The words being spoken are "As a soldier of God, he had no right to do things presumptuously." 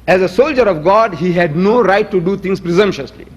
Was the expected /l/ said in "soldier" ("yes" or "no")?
yes